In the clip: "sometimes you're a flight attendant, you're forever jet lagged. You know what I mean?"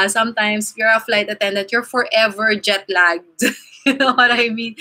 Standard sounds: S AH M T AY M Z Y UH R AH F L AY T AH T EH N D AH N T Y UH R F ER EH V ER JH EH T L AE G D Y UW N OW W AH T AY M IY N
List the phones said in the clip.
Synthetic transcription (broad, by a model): S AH M T AY M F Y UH R AH F L AY T AH T EH N D AH N T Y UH R F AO EH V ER JH EH T L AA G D Y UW N OW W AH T AY M IY N